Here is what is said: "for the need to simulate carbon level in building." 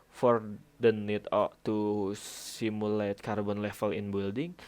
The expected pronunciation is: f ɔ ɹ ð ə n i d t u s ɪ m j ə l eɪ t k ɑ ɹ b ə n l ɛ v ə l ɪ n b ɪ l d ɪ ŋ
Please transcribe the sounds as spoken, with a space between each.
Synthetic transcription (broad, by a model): f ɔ ɹ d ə n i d t u s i m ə l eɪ t k ɑ ɹ b ə n l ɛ f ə l ɪ n b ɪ l d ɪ ŋ